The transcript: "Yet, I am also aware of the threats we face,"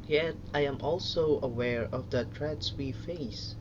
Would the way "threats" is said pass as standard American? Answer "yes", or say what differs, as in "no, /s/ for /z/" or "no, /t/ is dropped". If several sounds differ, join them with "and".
no, /t/ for /θ/